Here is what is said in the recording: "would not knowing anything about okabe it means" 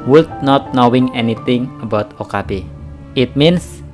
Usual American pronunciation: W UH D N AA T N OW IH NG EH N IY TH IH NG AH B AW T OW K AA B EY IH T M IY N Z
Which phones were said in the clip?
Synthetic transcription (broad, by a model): W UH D N AA T N OW IH NG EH N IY T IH NG AH B AW T OW K AA B EY IH T M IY N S